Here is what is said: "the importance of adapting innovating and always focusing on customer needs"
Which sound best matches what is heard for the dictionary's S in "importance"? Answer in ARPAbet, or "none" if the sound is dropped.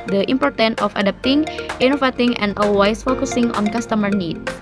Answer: none